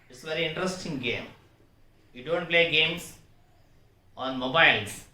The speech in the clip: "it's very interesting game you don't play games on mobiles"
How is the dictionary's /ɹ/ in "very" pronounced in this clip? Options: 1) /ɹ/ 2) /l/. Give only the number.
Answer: 1